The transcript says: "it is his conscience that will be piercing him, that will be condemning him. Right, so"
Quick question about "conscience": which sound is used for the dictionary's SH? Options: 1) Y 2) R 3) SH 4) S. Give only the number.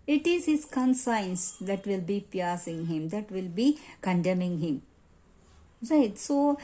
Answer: 4